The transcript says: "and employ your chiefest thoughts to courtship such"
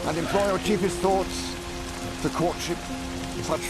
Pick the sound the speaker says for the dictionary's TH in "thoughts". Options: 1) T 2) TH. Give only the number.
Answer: 2